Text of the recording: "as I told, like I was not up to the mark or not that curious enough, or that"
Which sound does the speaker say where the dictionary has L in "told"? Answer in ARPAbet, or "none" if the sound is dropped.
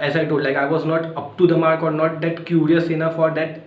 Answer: none